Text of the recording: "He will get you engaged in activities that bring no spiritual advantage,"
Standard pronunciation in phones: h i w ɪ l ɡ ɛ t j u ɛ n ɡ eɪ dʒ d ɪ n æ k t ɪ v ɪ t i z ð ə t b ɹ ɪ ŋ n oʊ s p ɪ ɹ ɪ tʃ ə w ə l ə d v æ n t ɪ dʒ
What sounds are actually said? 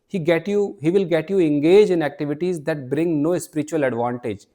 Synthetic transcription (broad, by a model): h i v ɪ l ɡ ɛ t j u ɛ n ɡ eɪ dʒ ɪ n æ k t ɪ v ɪ t i z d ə t b ɹ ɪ ŋ n oʊ s p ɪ ɹ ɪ tʃ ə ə l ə d v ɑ n t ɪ dʒ